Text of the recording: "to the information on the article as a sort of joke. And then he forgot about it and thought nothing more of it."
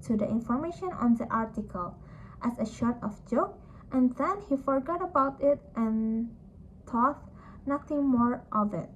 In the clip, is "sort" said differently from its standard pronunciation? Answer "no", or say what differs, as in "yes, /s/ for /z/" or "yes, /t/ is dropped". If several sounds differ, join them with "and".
yes, /ʃ/ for /s/